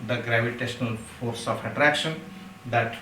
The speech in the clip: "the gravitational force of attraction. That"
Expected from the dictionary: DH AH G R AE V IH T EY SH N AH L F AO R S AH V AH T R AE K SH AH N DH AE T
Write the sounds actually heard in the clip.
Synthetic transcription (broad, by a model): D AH G R AE V IH T EY SH N AH L F AO R S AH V AH T R AE K SH AH N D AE T